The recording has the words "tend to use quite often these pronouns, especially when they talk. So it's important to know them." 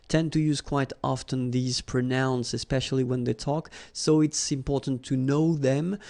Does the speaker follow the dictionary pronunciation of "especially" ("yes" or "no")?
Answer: yes